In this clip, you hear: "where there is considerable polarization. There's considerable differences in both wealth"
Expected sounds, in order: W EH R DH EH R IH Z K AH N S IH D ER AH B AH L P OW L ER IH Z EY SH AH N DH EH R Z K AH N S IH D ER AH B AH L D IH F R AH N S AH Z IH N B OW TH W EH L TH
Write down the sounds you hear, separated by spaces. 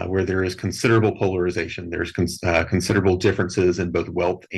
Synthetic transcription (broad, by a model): W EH R DH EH R IH Z K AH N S IH D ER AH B L P OW L ER IH Z EY SH AH N DH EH R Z K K N S IH D ER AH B L D IH F R AH N S AH Z IH N B OW TH W EH L TH